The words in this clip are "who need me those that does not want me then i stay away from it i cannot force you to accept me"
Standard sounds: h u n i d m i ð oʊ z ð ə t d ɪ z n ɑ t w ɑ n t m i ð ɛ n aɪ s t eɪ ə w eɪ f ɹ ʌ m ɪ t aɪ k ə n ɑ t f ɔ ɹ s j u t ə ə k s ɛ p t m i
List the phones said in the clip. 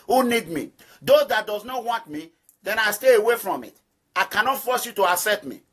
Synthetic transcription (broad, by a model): h u n i d m i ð oʊ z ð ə t d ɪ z n ɑ t w ɑ n t m i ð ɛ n aɪ s t eɪ ə w eɪ f ɹ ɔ m ɪ t aɪ k ə n ɑ t f ɔ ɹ s j u t ə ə s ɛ t m i